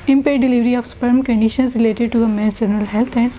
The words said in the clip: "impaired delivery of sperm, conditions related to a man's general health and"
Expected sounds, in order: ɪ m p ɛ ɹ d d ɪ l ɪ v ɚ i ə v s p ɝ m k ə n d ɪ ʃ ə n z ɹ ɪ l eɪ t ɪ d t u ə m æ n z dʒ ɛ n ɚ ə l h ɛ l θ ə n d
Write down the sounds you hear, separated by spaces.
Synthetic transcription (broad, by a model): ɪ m p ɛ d d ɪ l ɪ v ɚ i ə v s p ɝ m k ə n d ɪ ʃ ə n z ɹ ɪ l eɪ t ɪ d t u ə m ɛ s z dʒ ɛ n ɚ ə l h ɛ l t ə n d